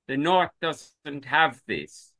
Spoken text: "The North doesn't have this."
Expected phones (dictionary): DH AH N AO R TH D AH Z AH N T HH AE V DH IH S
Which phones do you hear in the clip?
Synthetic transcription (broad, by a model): DH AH N AO R TH D AH Z AH N T HH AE V DH IH S